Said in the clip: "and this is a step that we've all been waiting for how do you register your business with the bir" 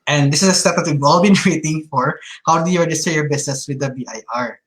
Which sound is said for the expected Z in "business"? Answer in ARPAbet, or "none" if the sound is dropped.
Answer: S